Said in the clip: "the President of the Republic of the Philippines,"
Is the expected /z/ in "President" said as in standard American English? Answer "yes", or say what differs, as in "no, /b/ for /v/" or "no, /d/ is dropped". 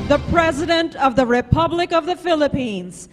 yes